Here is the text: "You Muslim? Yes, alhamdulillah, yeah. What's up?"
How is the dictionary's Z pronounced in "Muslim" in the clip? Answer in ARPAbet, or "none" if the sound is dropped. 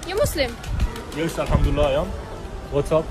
S